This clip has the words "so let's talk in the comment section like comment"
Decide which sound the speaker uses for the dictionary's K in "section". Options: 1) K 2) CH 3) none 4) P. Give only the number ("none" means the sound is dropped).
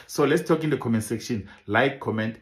1